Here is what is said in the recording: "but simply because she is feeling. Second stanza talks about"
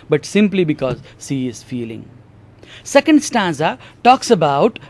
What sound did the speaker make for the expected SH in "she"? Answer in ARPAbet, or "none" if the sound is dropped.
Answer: S